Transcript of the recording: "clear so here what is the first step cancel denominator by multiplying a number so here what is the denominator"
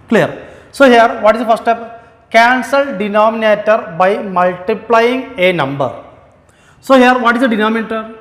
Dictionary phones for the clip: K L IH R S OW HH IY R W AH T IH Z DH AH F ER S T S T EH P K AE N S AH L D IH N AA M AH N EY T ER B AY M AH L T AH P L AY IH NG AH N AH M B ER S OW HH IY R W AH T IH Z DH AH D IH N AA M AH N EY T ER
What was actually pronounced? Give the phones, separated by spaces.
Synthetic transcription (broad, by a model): K L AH R S OW HH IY R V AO T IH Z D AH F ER T S T EH P K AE N S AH L D IH N AA M AH N EY T ER B AY M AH L T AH P L AY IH NG AH N AH M B ER S OW HH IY R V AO T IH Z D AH D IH N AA M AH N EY T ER